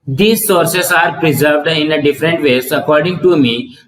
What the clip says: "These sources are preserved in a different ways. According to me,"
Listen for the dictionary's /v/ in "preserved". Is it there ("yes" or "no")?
yes